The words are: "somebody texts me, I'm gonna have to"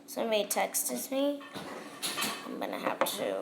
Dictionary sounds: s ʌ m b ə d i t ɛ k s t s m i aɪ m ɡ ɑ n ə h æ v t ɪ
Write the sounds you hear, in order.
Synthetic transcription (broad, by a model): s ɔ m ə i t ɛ k s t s m i aɪ m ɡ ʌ n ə h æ p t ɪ